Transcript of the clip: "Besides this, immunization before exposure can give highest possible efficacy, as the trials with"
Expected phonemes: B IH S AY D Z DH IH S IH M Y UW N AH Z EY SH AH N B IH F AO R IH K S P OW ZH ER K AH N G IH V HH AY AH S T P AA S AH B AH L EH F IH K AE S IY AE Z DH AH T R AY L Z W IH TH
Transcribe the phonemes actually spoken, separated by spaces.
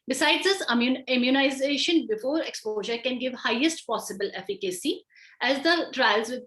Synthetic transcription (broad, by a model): B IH S AY D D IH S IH M Y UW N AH Z EY SH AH N B IH F AO R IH K S P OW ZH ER K AH N G IH V HH AY AH S T P AA S AH B AH L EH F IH K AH S IY AE Z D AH T R AY L Z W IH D